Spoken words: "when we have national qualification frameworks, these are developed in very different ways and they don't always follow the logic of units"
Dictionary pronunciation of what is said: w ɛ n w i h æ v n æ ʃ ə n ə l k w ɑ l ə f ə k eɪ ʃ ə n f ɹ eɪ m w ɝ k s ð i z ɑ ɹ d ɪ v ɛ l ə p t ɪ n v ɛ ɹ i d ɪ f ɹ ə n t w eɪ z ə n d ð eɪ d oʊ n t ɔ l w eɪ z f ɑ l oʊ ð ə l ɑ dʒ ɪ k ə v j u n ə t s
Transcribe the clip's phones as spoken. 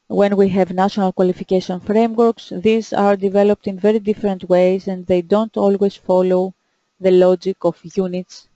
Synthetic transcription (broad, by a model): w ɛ n w i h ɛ v n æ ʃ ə n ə l k w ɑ l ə f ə k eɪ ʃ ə n f ɹ eɪ m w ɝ k s ð i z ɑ ɹ d ɪ v ɛ l ə p t ɪ n v ɛ ɹ i d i f ɹ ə n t w eɪ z ə n d ð eɪ d oʊ n t ɔ l w eɪ z f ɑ l oʊ ð ə l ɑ dʒ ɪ k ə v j u n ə t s